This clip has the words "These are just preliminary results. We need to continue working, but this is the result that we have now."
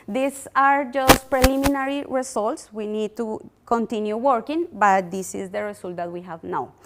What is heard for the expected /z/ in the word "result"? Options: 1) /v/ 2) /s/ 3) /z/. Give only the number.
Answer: 2